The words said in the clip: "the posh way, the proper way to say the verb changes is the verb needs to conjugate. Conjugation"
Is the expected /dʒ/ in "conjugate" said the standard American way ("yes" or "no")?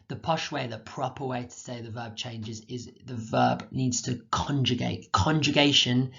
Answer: yes